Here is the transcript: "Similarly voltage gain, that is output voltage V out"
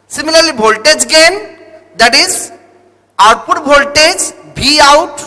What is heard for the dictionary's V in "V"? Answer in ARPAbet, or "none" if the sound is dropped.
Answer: B